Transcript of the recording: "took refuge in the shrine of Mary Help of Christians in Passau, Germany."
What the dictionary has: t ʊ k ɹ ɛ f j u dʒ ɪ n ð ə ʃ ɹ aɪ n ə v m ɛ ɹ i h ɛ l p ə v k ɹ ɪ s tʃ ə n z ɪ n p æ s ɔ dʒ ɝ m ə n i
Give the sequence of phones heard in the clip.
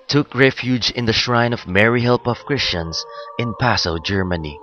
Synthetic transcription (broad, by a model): t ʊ k ɹ ɛ f j u dʒ ɪ n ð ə ʃ ɹ aɪ n ə v m ɛ ɹ i h ɛ l p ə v k ɹ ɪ s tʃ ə n s ɪ n p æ s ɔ dʒ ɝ m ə n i